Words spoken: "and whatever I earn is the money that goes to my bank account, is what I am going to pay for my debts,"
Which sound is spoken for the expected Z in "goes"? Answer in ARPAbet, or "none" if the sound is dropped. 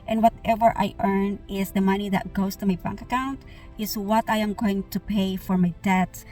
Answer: S